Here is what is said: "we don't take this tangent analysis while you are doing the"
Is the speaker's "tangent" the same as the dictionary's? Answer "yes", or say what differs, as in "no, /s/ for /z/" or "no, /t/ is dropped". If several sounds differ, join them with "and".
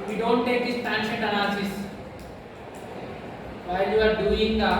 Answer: no, /ʃ/ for /dʒ/ and /n/ is dropped